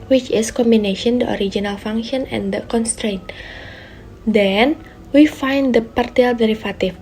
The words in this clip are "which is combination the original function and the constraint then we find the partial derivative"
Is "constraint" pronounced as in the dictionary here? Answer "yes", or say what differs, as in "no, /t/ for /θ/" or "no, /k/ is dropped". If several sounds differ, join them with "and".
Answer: yes